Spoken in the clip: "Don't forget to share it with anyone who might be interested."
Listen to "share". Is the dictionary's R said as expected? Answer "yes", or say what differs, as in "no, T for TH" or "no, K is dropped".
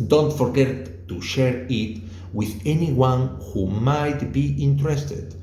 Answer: yes